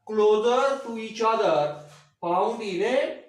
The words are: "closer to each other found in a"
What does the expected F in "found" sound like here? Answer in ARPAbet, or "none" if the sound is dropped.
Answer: P